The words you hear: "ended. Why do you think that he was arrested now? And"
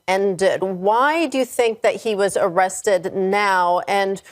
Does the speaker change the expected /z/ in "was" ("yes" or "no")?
no